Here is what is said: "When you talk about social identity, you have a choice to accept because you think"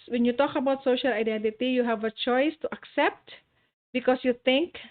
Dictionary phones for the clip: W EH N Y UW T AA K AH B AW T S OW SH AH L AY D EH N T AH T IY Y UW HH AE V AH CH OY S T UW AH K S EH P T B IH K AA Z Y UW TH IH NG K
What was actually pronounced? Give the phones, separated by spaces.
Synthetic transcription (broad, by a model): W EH N Y UW T AA K AH B AW T S OW SH AH L AY D EH N T AH T IY Y UW HH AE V AH CH OY S T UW AH K S EH P T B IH K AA S Y UW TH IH NG K